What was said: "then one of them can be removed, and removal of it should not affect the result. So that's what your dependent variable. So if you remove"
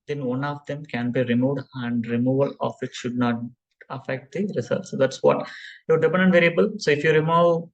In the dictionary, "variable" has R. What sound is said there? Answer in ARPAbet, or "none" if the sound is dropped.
R